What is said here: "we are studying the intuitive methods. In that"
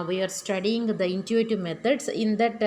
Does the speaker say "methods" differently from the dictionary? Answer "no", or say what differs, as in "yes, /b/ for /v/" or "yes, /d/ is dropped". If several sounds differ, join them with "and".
yes, /t/ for /θ/ and /s/ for /z/